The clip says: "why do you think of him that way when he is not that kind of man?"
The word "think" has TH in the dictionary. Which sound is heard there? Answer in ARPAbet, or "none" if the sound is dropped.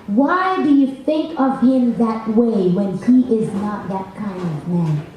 TH